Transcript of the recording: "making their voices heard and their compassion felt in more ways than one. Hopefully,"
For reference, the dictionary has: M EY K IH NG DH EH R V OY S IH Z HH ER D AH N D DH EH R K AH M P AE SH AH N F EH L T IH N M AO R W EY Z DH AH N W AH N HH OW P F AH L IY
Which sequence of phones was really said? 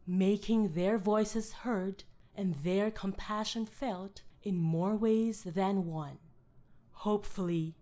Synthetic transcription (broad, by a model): M EY K IH NG DH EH R V OY S IH Z HH ER D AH N DH EH R K AH M P AE SH AH N F EH L T IH N M AO R W EY Z DH AH N W AH N HH OW P F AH L IY